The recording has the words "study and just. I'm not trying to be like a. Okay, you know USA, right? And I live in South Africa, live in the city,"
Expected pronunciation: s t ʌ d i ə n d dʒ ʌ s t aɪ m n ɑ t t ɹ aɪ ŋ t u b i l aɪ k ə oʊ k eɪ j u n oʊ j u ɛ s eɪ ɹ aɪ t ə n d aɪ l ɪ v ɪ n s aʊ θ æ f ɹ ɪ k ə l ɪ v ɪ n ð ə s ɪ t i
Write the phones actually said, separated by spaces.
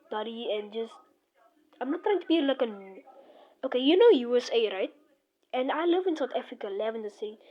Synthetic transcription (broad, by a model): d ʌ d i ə n dʒ ʌ s t aɪ m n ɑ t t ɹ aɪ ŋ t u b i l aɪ k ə oʊ k eɪ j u n oʊ j u ɛ s eɪ ɹ aɪ t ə n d aɪ l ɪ v ɪ n s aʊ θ æ f ɹ ɪ k ə l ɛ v ɪ n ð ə s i